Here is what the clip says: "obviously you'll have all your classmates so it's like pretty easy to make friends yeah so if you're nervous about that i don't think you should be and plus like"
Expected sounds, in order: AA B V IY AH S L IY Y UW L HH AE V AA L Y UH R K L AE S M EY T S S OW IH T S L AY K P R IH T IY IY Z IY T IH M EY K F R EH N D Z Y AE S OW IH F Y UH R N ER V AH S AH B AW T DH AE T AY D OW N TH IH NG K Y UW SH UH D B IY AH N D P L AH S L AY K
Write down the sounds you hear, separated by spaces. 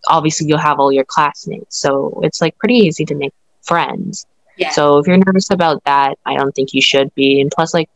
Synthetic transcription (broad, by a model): AA B V IY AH S L IY Y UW L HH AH V AA L Y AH R K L AE S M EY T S S OW IH T S L AY K P R IH T IY IY Z IY T IH M EY K F R EH N D Z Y S OW IH F Y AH R N ER V AH S AH B AW T DH AE T AY D OW N TH IH NG K Y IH SH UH D B IY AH N P L AH S L AY K